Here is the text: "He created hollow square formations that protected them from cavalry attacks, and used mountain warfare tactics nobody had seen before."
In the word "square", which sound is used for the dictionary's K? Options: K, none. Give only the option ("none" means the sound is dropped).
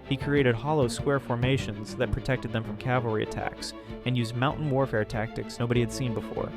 K